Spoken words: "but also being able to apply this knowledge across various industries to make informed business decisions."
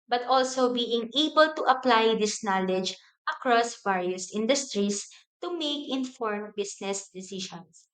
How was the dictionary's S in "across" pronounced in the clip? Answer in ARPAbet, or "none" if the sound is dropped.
S